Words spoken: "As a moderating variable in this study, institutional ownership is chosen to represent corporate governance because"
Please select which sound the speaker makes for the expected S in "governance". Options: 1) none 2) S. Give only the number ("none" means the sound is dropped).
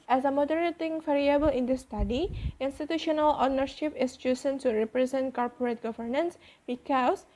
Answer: 2